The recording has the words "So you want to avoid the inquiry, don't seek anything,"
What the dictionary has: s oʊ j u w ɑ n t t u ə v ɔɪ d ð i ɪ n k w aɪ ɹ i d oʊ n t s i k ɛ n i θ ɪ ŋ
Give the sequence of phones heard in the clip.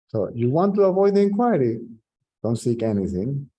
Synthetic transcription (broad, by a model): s oʊ j u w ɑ n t t u ə v ɔɪ d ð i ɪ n k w aɪ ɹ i d oʊ n t s i k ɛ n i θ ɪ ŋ